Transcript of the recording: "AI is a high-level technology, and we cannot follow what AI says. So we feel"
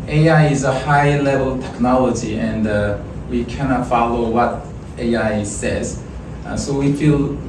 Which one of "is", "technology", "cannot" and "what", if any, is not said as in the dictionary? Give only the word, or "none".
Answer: none